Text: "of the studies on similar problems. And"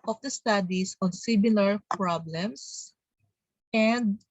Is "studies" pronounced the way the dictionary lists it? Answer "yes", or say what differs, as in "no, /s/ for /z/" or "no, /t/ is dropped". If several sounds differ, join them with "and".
no, /s/ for /z/